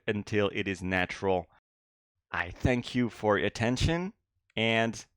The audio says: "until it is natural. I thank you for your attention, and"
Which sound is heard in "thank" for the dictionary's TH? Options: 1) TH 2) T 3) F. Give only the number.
1